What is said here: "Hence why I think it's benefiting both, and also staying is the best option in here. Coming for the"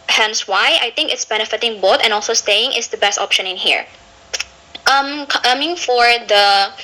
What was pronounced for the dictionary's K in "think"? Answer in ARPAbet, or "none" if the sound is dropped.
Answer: K